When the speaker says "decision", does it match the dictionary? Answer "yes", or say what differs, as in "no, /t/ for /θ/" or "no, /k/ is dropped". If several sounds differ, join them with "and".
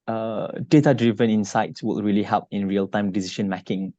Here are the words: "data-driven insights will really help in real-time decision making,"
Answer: no, /ʃ/ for /ʒ/